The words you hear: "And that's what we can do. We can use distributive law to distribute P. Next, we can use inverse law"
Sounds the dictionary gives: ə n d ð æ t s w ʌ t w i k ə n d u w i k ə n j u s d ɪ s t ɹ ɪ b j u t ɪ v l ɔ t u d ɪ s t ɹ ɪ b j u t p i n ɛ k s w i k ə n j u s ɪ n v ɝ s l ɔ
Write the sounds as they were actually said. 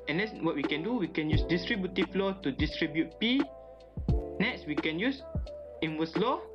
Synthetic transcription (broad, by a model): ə n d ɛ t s w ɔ t w i k ə n d u w i k ə n j u s d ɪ s t ɹ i b j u t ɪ f l ɔ t u d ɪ s t ɹ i b j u t p i n ɛ k s w i k ə n j u s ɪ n w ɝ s l ɔ